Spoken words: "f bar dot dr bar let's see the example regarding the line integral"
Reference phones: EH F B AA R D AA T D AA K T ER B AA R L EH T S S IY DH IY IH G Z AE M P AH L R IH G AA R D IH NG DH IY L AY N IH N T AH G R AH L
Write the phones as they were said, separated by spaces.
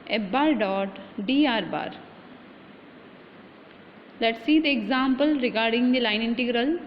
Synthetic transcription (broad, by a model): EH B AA R D AA T D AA T B AA R L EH T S S IY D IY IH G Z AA M P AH L R IH G AA R D IH NG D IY L AY N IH N T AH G R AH L